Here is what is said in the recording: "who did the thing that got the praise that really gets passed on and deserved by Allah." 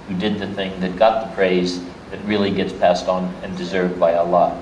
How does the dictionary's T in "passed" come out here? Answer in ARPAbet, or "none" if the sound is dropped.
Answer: T